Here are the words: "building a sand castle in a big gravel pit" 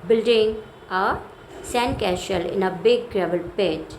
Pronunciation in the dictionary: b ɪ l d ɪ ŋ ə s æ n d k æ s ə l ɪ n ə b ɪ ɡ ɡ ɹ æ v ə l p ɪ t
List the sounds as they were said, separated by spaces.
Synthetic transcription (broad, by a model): b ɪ l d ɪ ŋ ə s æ n k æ ʃ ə l ɪ n ə b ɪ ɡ ɡ ɹ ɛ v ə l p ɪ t